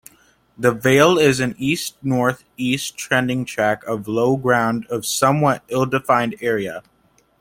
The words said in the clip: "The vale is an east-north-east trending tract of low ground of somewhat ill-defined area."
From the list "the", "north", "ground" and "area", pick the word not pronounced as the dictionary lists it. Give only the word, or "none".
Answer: none